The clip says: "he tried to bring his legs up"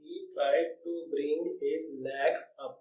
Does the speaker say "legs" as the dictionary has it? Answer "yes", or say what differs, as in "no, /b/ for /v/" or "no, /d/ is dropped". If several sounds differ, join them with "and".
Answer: no, /n/ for /l/